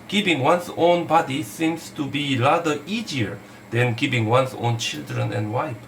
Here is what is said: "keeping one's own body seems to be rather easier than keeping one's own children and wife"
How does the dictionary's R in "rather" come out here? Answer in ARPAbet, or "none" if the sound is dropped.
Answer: L